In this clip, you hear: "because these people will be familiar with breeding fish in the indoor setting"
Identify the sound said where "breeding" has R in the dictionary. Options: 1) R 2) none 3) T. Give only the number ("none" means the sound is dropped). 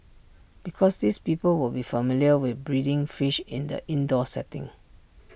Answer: 1